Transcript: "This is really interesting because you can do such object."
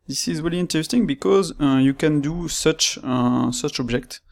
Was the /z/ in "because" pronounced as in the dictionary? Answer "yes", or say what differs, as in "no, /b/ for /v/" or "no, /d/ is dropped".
yes